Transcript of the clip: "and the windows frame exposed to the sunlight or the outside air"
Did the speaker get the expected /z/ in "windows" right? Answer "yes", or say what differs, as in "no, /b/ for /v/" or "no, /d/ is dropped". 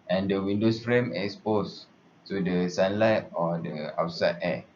no, /s/ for /z/